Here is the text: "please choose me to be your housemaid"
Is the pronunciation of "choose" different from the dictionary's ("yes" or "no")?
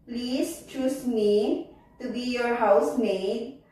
yes